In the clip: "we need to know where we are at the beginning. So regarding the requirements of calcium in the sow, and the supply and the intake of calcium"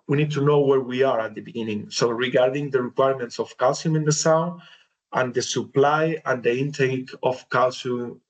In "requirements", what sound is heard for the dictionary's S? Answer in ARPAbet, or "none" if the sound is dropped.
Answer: S